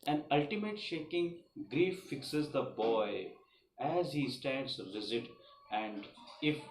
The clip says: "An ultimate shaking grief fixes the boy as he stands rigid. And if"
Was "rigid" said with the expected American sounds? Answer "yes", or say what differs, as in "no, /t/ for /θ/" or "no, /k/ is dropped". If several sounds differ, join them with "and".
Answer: no, /z/ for /dʒ/